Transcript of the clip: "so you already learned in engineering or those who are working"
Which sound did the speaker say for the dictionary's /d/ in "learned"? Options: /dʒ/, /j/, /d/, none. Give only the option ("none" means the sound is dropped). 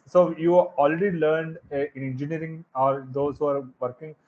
/d/